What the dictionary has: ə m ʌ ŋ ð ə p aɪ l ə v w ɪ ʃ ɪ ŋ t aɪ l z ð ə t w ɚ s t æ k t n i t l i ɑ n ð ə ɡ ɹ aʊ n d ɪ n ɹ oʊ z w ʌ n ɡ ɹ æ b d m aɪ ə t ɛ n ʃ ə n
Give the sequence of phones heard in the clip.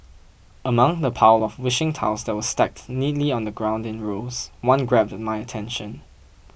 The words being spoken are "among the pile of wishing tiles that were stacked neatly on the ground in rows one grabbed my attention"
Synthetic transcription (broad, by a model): ə m ʌ ŋ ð ə p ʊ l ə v w ɪ ʃ ɪ ŋ t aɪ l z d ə t w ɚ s t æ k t n i t l i ɑ n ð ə ɡ ɹ aʊ n d ɪ n ɹ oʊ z w ʌ n ɡ ɹ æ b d m aɪ ə t ɛ n ʃ ə n